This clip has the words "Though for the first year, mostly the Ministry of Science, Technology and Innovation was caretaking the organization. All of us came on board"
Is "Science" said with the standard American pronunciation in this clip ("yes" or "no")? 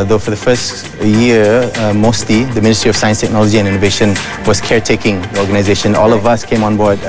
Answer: yes